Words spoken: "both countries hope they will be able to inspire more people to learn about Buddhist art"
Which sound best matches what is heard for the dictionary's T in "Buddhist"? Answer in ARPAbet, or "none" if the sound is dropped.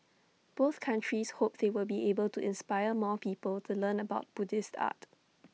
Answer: T